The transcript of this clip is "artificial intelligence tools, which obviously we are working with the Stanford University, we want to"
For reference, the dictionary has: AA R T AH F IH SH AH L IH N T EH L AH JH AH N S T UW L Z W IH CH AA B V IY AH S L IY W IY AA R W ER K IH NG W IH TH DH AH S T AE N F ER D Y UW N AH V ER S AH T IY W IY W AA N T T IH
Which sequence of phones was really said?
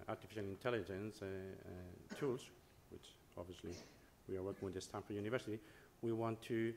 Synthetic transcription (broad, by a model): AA R T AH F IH SH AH L IH N T EH L AH JH AH N S T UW L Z W IH CH AA B V IY AH S L IY W IY AA R W ER K IH NG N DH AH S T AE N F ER Y UW N AH V ER S AH T IY W IY W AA N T T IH